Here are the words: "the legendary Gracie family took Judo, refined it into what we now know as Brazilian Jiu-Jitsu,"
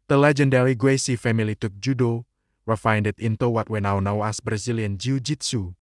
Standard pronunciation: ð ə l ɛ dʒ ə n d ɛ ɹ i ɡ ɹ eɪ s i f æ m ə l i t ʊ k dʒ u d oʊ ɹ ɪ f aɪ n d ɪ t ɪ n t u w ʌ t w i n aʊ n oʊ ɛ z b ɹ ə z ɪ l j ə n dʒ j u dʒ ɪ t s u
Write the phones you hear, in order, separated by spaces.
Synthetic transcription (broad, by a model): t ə l ɛ dʒ ə n d ɛ ɹ i ɡ w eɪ s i f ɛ m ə l i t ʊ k dʒ u d oʊ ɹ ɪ f aɪ n d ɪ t ɪ n t u w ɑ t w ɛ n aʊ n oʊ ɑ s b ɹ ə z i l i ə n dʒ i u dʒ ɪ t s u